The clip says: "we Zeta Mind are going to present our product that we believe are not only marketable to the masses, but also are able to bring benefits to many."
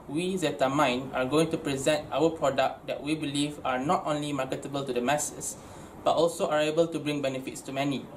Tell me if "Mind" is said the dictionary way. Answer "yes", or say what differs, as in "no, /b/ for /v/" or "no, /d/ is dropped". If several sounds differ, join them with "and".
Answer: no, /d/ is dropped